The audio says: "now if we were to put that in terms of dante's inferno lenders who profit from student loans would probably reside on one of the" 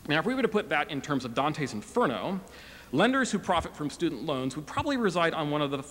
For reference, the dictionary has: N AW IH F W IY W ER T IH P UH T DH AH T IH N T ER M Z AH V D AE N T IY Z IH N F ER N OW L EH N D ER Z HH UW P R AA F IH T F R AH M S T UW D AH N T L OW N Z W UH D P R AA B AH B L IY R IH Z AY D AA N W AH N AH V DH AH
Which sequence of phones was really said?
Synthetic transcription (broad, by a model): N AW IH F W IY W ER T IH P UH T DH AH T IH N T ER M Z AH V D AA N T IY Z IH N F ER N OW L EH N D ER Z HH UW P R AA F IH T F R AH M S T UW D N T L OW N Z W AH D P R AA B AH B L IY R IH Z AY D N W AH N AH V DH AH